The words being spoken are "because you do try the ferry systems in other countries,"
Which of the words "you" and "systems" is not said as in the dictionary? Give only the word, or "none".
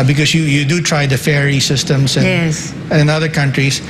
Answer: systems